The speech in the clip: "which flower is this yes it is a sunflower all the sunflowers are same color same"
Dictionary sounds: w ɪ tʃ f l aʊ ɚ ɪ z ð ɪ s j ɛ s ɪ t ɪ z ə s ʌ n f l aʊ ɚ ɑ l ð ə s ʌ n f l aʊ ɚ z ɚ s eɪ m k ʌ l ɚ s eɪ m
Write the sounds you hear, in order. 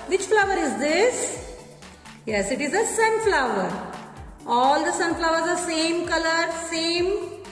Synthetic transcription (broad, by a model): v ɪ tʃ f l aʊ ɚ ɪ z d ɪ s j ɛ s ɪ t ɪ z ə s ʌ n f l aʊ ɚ ɑ l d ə s ʌ n f l aʊ ɚ z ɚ s eɪ m k ʌ l ɚ s eɪ m